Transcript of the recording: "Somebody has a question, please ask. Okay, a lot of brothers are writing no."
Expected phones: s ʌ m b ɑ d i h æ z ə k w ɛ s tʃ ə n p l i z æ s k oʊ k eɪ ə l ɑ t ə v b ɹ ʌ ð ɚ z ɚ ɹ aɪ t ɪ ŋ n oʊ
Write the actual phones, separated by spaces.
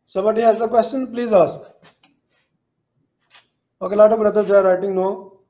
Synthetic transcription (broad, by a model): s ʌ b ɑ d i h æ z ə k w ɛ s tʃ ə n p l i z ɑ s oʊ k eɪ l ɑ t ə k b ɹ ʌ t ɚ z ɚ ɹ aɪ t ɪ ŋ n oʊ